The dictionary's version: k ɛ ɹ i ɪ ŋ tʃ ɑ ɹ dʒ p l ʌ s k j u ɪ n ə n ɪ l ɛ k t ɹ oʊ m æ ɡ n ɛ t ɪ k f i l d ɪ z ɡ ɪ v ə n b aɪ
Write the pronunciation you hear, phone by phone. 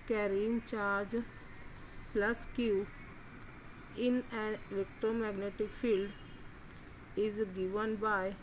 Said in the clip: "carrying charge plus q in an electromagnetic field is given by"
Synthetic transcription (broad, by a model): k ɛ ɹ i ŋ tʃ ɑ ɹ dʒ p l ʌ s k j u ɪ n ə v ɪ k t oʊ m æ ɡ n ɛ t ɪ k f i l d ɪ z ɡ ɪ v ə n b aɪ